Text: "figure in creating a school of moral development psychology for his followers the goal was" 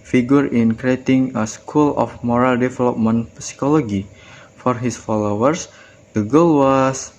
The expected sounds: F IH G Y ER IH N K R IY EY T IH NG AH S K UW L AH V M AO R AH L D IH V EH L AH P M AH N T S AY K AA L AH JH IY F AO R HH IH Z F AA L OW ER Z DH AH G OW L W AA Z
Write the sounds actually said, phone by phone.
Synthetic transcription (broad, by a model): F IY G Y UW IH N K R IY EY T IH NG AH S K UW L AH F M AO R AH L D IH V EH L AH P M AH N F S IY K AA L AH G IY F AO R HH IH S F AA L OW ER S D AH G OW L W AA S